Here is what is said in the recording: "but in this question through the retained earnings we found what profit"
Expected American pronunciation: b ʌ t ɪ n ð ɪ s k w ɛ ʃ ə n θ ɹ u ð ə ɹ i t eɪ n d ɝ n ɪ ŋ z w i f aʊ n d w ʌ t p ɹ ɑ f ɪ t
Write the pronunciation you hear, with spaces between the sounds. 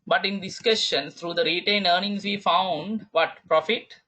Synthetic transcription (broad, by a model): b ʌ t ɪ n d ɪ s k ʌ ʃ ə n s ɹ u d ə ɹ i t eɪ n d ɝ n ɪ ŋ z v i f aʊ n d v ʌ t p ɹ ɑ f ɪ t